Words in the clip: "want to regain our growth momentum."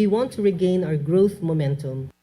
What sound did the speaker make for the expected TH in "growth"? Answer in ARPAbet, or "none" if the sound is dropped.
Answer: TH